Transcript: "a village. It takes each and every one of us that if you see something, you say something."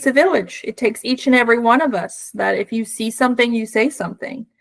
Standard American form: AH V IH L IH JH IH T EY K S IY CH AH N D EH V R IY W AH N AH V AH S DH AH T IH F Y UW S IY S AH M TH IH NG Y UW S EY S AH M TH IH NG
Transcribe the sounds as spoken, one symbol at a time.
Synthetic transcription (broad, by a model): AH V IH L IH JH IH T EY K S IY CH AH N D EH V R IY W AH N AH V AH S DH AH T IH F Y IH S IY S AH M TH IH NG Y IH S EY S AH M TH IH NG